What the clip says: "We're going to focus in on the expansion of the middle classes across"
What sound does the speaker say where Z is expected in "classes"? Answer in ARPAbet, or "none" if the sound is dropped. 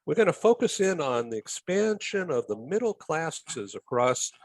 Z